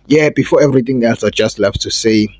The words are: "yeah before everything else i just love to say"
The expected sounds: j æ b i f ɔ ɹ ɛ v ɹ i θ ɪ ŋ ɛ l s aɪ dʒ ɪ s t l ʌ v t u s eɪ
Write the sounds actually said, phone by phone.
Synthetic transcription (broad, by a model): j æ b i f ɔ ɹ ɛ v ɹ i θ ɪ ŋ ɛ l s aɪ dʒ ɪ s t l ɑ f t u s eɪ